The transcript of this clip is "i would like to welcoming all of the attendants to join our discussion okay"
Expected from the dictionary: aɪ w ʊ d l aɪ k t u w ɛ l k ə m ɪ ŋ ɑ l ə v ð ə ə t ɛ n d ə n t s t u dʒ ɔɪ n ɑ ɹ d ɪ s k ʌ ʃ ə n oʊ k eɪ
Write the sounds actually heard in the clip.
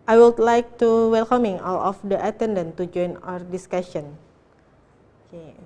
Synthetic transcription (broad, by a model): aɪ w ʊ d l aɪ k t u w ɛ l k ə m ɪ ŋ ɑ l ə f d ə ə t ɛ n d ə n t t u dʒ ɔɪ n ɑ ɹ d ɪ s k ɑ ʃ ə n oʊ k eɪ